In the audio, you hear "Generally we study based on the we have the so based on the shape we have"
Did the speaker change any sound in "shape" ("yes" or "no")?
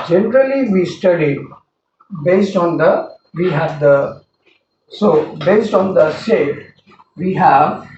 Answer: yes